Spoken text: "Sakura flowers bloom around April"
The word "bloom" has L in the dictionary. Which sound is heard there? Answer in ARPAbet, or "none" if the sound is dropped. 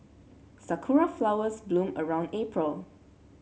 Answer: L